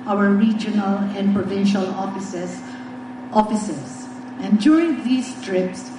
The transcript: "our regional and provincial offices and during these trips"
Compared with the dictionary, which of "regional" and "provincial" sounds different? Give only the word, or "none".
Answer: none